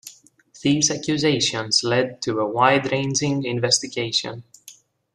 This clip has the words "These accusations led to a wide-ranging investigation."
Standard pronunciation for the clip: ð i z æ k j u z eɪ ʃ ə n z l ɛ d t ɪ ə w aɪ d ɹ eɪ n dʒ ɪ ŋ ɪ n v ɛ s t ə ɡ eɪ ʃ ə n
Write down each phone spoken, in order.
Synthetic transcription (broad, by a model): ð i z æ k j u z eɪ ʃ ə n z l ɛ d t ɪ ə w aɪ d ɹ eɪ n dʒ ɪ ŋ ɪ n v ɛ s t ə ɡ eɪ ʃ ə n